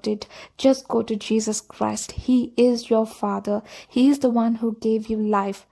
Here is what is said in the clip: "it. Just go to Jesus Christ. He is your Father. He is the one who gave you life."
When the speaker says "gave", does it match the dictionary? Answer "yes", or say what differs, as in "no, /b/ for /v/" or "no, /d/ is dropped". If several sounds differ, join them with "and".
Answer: yes